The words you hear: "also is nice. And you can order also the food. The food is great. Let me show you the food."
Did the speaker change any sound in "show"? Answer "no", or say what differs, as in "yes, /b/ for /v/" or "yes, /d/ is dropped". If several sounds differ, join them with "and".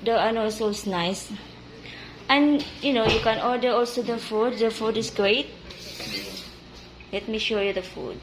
no